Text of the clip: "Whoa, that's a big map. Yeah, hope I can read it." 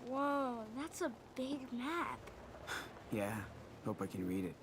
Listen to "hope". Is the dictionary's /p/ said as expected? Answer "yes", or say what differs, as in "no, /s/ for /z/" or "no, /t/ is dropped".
yes